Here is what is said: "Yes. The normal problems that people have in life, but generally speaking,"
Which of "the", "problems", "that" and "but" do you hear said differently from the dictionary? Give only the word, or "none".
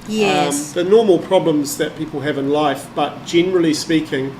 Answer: none